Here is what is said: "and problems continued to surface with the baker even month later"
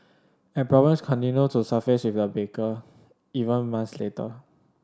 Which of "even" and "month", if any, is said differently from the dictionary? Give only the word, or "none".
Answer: month